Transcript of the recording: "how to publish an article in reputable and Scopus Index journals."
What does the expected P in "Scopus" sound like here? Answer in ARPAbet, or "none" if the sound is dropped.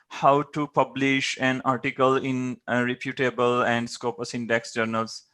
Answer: P